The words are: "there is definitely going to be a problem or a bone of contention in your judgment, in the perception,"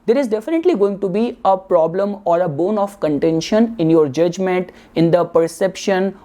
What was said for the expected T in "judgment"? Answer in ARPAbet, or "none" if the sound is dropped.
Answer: T